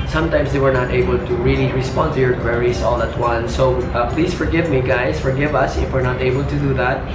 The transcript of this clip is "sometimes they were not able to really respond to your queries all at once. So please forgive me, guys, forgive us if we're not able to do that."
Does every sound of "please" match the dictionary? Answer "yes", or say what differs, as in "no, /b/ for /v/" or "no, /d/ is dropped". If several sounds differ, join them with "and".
no, /s/ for /z/